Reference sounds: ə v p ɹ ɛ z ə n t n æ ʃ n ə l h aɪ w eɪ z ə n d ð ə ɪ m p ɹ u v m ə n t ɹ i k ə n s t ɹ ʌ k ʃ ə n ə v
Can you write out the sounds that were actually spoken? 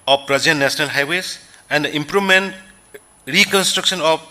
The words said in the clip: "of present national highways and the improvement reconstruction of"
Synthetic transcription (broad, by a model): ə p ɹ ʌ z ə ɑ n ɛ s n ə l h aɪ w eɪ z ə n d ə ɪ m p ɹ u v m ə n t ɹ i k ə n s t ɹ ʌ k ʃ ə n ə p